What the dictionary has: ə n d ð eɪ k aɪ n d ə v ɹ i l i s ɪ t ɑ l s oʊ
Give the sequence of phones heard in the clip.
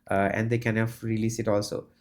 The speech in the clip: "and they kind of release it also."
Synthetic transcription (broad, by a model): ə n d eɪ k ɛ n ə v ɹ i l i s ɪ t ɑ l s oʊ